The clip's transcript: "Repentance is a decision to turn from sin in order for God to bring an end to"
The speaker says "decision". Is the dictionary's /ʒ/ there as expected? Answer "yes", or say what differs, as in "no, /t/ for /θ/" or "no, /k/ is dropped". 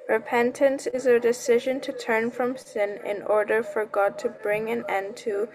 yes